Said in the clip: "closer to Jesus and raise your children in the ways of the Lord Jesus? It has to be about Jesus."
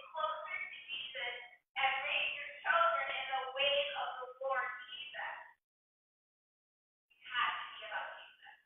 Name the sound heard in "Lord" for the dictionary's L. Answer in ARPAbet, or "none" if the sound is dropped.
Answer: W